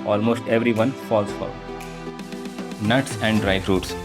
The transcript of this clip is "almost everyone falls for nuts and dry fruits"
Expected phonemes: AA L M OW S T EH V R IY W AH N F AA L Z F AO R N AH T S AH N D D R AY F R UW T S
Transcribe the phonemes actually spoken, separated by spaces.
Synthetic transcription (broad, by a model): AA L M OW S T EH V R IY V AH N F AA L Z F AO L N AH T S AH N D D R AY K R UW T S